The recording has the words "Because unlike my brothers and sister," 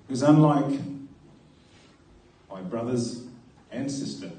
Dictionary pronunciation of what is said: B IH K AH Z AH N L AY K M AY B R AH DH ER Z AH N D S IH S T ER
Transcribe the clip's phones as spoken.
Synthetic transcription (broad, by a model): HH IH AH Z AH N L AY K M AY B R AH DH ER Z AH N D S IH S T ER